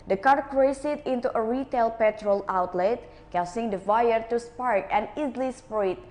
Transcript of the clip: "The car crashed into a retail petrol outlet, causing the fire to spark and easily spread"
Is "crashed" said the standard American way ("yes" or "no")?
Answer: no